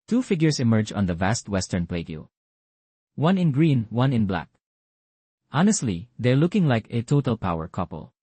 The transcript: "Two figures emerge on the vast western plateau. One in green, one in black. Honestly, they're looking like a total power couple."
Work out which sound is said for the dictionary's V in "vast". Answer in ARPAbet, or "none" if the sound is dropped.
V